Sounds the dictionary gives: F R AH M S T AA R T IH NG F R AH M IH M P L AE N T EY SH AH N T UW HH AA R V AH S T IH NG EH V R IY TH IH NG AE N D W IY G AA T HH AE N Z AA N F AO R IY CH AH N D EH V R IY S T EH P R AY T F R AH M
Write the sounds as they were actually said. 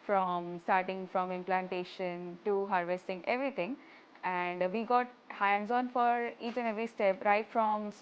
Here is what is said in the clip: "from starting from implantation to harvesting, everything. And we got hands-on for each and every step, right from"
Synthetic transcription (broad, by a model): F R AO M S T AA R T IH NG F R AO M IH M P L AE N T EY SH AH N T UW HH AA R V AH S T IH NG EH V R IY T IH NG AE N D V IY G AA T HH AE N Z AA N F AO R IY CH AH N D EH V R IY S T EH P R AY T F R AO M